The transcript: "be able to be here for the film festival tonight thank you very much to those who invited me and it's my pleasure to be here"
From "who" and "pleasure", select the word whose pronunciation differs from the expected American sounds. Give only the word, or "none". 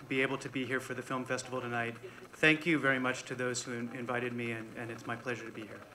none